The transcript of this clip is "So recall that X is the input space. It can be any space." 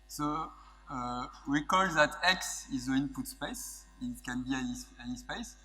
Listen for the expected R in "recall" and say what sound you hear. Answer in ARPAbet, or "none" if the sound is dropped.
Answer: W